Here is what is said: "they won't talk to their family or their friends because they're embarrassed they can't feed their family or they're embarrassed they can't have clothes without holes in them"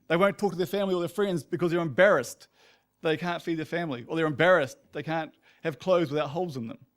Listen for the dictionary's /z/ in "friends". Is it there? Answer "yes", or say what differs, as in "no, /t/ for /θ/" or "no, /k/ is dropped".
yes